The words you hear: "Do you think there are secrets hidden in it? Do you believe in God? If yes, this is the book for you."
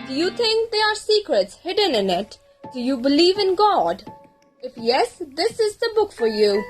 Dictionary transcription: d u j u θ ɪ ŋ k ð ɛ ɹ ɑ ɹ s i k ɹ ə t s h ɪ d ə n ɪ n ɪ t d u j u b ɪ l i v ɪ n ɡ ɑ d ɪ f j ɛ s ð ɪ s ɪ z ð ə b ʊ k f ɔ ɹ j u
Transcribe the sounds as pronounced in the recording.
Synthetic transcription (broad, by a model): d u j u t ɪ ŋ k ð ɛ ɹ ɑ ɹ s i k ɹ ə t s h ɪ d ə n ɪ n ɪ t d u j u b ɪ l i v ɪ n ɡ ɑ d ɪ f j ɛ s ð ɪ s ɪ z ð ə b ʊ k f ɔ ɹ j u